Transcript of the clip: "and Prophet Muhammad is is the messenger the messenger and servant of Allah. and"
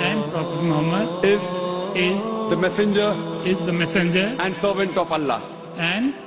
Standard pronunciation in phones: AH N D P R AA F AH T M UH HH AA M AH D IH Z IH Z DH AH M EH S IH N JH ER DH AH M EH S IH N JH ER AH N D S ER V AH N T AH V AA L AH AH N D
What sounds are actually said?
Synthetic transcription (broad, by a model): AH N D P R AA P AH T M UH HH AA M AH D IH Z IH Z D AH M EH S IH N JH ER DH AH M EH S IH N JH ER AH N D S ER V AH N T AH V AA L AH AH N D